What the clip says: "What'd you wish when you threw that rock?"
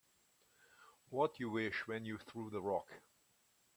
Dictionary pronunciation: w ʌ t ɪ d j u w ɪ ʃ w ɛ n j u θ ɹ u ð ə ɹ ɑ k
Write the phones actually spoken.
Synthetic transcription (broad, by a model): w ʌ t j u w ɪ ʃ w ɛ n j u θ ɹ u ð ə ɹ ɑ k